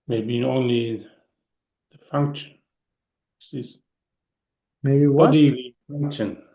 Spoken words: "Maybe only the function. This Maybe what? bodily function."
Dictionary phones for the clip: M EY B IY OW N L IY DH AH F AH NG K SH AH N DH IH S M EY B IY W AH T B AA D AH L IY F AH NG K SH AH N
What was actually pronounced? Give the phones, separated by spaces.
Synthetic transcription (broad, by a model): M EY B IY OW N L IY DH AH F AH NG K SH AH N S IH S M EY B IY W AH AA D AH IY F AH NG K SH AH N